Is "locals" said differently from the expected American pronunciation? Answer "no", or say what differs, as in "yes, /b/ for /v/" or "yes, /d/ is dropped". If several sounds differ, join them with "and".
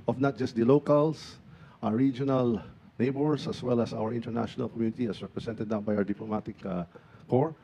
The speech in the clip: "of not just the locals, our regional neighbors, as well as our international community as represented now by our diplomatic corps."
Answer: yes, /s/ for /z/